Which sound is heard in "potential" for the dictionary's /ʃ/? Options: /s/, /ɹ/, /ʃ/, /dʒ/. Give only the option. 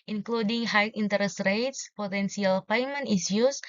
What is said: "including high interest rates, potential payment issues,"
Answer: /s/